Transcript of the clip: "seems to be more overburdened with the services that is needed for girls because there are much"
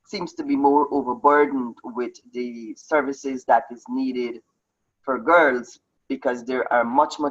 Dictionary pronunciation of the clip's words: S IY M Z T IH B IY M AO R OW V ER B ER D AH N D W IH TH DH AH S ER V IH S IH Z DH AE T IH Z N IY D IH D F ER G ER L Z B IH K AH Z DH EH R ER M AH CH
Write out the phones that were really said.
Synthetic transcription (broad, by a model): S IY M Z T IH B IY M AO R OW V ER B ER D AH N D W IH DH AH S ER V IH S IH Z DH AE T IH Z N IY D IH D F ER G ER L Z B IH K AH Z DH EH R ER M AH CH